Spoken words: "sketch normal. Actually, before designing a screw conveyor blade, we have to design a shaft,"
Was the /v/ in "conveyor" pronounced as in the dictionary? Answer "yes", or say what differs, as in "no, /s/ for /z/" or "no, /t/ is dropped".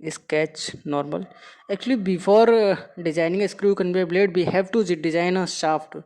no, /b/ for /v/